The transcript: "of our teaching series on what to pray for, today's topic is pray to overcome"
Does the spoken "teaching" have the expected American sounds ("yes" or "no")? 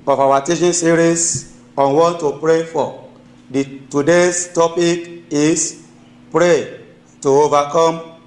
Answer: no